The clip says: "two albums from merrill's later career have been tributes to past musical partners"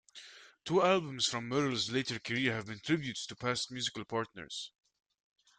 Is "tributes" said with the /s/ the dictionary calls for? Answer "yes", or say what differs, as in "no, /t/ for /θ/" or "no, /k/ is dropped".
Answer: no, /s/ is dropped